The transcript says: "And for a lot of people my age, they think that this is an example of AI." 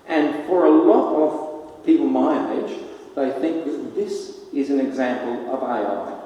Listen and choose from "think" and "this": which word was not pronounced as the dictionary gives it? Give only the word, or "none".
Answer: none